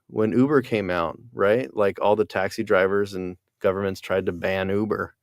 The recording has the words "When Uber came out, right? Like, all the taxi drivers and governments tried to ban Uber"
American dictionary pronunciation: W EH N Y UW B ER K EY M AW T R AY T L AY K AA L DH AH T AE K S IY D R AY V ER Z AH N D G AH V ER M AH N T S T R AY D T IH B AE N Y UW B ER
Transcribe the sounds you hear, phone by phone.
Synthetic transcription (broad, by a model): W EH N UW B ER K EY M AW T R AY T L AY K AA L DH AH T AE K S IY D R AY V ER Z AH N G AH V ER M AH N T S T R AY D T IH B AE N UW B ER